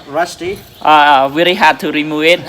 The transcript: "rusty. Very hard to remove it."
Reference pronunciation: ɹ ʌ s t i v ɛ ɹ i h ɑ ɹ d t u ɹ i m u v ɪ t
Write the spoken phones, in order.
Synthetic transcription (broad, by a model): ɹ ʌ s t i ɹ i l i h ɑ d t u ɹ i m u v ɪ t